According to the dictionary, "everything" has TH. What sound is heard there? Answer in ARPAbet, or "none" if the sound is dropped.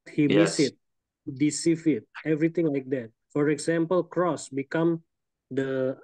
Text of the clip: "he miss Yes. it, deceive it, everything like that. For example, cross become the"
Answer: T